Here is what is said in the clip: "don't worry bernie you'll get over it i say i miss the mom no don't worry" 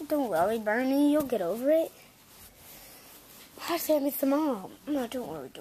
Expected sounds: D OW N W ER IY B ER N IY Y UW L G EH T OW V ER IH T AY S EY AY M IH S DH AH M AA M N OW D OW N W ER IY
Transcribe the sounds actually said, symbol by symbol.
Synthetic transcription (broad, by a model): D OW N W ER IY B ER N IY Y UW L G EH T OW V ER IH T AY S EY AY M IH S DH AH M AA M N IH D OW N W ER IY